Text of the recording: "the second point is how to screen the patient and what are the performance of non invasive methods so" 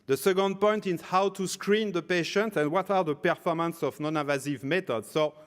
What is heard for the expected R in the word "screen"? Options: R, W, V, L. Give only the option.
R